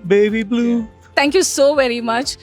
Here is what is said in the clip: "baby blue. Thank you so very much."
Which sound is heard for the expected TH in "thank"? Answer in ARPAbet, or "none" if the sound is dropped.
T